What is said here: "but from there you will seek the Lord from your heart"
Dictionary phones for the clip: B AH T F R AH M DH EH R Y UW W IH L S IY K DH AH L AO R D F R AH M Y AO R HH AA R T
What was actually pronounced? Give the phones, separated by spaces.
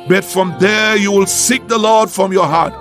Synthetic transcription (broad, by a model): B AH T F R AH M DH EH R Y UW W IH L S IY K DH AH L AO R D F R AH M Y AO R HH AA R T